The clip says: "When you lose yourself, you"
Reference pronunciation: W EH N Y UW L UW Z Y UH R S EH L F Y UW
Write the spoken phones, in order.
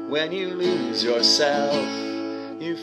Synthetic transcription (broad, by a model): W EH N Y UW L UW Z Y UH R S EH L F Y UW